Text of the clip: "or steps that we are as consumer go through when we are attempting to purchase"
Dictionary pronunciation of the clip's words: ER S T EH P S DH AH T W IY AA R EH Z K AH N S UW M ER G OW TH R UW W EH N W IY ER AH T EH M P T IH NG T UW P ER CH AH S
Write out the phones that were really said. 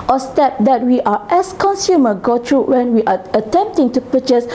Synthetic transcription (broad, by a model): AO S T EH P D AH T W IY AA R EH S K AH N S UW M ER G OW T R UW W EH N W IY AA AH T EH M P T IH NG T UW P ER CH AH S